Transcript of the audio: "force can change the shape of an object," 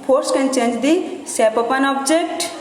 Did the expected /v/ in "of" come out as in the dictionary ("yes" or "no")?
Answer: no